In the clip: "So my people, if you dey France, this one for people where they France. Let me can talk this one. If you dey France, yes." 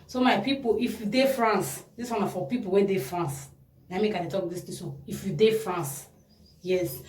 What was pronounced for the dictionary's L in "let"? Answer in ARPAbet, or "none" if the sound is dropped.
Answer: N